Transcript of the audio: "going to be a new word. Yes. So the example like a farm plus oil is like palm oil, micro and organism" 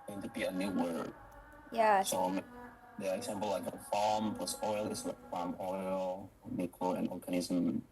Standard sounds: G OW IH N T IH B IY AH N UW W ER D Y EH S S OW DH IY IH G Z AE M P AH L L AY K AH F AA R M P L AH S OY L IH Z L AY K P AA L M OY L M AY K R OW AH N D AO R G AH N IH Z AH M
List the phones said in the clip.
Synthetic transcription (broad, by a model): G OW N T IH B IY AH N UW W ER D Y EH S S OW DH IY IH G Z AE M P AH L L AY K AH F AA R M P L AH S OY L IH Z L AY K F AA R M OY L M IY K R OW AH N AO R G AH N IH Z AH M